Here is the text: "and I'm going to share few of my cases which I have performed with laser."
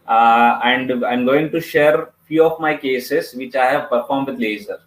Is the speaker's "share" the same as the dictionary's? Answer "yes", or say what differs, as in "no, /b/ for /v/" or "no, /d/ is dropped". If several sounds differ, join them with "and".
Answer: yes